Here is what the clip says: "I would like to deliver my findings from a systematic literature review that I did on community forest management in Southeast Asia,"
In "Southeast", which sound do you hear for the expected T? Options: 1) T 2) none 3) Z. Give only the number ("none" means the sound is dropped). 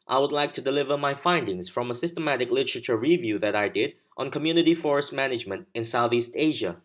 1